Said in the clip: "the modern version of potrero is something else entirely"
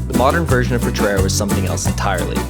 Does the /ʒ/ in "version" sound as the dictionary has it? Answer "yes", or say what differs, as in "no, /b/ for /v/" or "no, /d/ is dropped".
yes